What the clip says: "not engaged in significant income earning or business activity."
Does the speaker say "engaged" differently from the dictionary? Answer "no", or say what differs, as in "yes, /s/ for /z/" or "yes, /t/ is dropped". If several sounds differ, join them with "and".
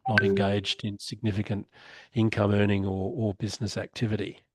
no